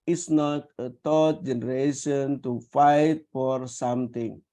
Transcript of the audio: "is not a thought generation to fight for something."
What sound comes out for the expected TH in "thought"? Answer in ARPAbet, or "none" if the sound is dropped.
T